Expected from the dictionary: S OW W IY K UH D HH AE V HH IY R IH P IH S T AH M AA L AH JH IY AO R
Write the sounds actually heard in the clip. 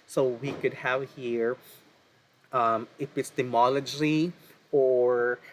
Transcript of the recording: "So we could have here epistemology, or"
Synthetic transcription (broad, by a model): S OW W IY K UH D HH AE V HH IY R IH F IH S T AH M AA L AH JH IY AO R